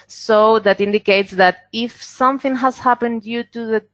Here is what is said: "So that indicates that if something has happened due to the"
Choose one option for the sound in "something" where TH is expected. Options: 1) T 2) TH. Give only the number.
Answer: 2